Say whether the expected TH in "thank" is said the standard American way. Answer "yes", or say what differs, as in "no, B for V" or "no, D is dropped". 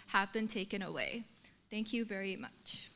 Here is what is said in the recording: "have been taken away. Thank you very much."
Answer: yes